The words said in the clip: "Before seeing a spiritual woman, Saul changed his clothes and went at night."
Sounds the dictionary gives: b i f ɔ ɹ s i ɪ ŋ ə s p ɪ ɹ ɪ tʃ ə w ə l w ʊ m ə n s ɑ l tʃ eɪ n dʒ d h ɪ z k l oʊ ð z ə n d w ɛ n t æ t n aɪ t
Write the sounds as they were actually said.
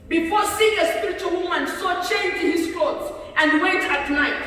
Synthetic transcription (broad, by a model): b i f ɔ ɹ s i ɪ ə s p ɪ ɹ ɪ tʃ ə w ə l w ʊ m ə n s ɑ tʃ eɪ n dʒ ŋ h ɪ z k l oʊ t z ə n d w ɛ t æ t n aɪ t